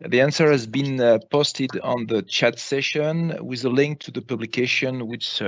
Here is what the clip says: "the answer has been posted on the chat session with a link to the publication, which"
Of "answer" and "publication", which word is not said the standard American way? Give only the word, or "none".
none